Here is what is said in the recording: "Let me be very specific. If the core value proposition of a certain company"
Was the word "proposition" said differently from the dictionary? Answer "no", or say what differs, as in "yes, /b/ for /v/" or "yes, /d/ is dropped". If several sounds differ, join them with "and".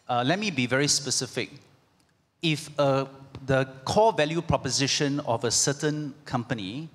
no